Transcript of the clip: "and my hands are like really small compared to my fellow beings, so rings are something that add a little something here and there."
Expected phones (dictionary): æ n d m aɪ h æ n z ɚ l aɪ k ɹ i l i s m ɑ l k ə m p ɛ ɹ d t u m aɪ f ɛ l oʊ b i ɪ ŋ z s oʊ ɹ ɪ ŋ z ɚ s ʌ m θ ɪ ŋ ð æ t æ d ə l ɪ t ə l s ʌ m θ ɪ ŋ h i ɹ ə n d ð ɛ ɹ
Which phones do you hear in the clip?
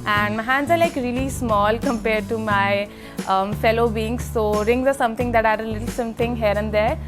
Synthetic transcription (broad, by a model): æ n d m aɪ h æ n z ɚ l aɪ k ɹ i l i s m ɑ l k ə m p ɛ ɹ d t u m aɪ f ɛ l oʊ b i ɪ ŋ s oʊ ɹ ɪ ŋ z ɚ s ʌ m t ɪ ŋ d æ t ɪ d ə l ɪ t ə l s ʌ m t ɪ ŋ h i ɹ ə n d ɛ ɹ